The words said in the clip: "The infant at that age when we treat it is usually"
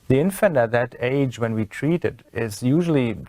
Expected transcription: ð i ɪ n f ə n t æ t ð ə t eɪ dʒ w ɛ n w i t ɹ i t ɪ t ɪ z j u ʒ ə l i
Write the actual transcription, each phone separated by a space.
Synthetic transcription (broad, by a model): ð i ɪ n f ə n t æ t ð ə t eɪ dʒ w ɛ n w i t ɹ i t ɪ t ɪ z j u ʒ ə l i